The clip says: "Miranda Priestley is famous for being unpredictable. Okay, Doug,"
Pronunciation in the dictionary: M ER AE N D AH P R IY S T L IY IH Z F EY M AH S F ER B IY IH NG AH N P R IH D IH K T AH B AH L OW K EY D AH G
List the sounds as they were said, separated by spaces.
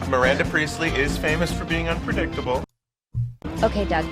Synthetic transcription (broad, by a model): M ER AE N D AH P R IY S T L IY IH Z F EY M AH S F ER B IY IH NG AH N P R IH D IH K T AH B L OW K EY D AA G